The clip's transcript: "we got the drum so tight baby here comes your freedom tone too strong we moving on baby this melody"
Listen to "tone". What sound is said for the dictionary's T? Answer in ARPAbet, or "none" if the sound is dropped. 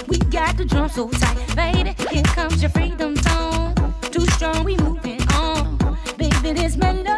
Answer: S